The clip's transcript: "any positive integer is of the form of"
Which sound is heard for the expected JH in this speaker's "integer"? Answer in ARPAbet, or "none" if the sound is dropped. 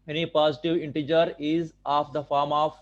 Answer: JH